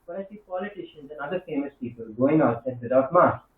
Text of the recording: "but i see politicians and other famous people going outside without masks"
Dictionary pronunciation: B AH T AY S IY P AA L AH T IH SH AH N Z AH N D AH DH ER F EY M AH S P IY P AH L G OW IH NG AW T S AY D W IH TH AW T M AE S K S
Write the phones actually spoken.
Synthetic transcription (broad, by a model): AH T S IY P AA L AH T IH SH AH N Z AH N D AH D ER F EY M AH S P IY P AH L G OW IH NG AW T EH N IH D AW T M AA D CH